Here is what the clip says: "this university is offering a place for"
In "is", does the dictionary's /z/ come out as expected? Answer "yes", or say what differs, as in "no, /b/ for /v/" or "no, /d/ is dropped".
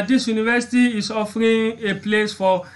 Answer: no, /s/ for /z/